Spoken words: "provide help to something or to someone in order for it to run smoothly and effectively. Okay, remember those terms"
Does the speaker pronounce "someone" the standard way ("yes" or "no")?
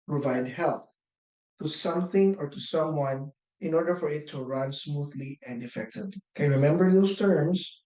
yes